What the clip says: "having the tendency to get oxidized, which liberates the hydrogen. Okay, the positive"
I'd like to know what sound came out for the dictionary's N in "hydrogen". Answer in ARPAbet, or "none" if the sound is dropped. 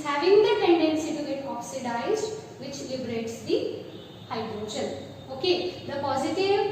L